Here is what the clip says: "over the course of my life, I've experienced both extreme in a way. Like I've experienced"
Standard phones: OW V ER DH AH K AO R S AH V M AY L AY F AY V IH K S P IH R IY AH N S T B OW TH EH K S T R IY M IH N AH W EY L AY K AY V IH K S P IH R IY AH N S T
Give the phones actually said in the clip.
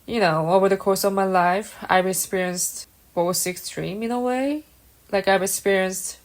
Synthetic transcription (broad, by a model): OW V ER DH AH K AO R S AH V M AY L AY F AY V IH K S P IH R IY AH N S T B OW S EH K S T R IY M IH N AH W EY L AY K AY V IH K S P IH R IY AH N S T